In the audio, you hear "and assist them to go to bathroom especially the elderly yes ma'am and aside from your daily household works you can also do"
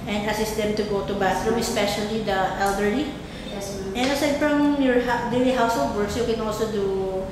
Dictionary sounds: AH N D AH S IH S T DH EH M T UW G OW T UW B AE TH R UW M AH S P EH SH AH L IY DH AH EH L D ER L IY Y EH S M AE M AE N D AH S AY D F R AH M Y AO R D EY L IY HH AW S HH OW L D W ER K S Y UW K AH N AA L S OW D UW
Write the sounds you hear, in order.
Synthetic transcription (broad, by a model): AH N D AH S IH S T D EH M T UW G OW T UW B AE T R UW M AH S P EH SH AH L IY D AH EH L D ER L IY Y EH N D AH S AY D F R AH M Y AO R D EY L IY HH AW S HH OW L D W ER K S Y UW K AH N AA L S OW D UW